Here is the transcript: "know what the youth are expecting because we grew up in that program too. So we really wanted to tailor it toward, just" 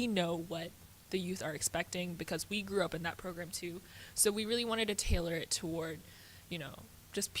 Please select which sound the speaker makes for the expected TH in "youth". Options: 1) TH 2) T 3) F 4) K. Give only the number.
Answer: 1